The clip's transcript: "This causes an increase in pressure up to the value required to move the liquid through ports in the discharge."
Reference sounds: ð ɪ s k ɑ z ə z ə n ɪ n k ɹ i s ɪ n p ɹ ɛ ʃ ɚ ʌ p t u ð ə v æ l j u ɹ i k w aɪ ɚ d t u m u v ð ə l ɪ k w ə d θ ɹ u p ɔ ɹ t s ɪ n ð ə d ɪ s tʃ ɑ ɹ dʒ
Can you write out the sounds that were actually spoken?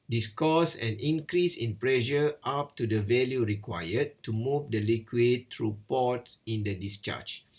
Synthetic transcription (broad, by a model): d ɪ s k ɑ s ə n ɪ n k ɹ i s ɪ n p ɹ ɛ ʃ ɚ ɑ p t u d ə v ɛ l j u ɹ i k w aɪ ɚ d t u m u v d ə l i k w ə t ɹ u p ɔ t ɪ n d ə d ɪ s tʃ ɑ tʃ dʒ